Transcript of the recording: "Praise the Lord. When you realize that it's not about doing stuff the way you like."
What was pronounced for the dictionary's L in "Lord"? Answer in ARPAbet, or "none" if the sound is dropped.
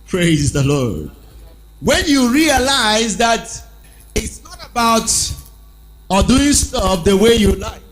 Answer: L